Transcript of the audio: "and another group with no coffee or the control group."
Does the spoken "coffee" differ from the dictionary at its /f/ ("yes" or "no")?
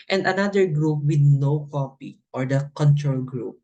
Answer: yes